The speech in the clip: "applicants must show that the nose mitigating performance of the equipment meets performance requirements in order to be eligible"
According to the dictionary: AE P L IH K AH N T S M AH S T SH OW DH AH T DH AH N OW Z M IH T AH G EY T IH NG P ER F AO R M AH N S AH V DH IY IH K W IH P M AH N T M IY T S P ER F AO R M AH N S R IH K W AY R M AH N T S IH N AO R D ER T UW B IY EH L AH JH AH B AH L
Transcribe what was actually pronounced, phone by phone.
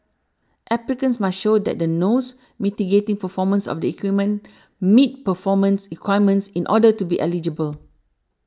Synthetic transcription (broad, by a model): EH P L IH K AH N S M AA S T SH OW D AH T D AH N OW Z M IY T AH G EY T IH NG P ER F AO M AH N S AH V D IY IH K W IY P M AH N M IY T P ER F AO M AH N S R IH K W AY M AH N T S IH N AO D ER T UW B IY EH L AH JH AH B AH L